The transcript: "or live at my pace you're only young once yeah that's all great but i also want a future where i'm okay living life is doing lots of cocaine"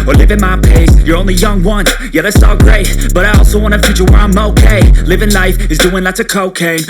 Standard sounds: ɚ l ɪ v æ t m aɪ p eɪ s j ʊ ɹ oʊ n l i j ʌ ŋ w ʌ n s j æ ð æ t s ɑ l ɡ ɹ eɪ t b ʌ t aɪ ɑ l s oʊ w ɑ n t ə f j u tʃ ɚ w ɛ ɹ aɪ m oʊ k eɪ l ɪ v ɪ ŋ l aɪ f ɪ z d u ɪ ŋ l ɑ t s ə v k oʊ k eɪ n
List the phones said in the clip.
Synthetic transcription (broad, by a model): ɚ l ɪ v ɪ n m aɪ p eɪ s j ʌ ɹ oʊ n l i j ʌ ŋ w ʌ n j æ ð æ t s ɑ l ɡ ɹ eɪ t b ʌ t aɪ ɑ l s oʊ w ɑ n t ə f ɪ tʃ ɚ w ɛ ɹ aɪ m oʊ k eɪ l ɪ v ɪ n l aɪ f ɪ z d u ɪ ŋ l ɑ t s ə k oʊ k eɪ